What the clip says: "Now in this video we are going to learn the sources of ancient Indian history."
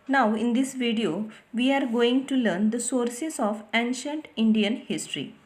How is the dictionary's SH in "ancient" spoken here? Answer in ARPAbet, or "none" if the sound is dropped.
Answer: SH